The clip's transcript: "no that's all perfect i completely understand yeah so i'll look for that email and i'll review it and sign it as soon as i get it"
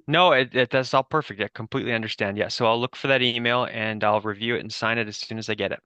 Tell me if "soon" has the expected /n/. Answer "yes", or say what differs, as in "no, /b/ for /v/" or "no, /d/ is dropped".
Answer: yes